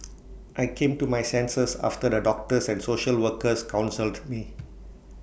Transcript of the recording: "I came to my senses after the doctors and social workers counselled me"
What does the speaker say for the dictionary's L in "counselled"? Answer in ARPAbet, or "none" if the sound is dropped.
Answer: L